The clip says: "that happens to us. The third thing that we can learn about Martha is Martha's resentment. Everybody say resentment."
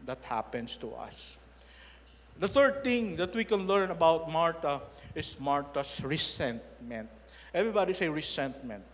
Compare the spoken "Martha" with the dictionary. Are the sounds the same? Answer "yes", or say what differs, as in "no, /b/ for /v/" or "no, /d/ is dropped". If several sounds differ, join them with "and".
no, /t/ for /θ/